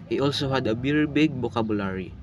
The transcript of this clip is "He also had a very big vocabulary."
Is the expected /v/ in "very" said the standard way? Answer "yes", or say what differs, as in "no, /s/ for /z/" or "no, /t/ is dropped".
no, /b/ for /v/